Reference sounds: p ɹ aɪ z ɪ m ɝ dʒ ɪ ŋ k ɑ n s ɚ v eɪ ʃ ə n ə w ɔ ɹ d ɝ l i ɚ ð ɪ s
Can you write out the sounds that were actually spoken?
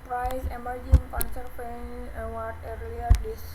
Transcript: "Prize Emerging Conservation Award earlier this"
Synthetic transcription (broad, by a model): p ɹ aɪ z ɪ m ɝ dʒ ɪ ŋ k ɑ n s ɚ p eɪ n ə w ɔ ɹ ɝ l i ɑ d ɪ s